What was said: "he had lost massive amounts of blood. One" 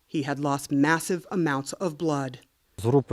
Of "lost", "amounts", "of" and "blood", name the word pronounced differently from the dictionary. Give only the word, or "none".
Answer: none